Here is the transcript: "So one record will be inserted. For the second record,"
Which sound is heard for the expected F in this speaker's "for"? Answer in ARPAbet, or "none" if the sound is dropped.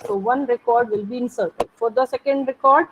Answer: F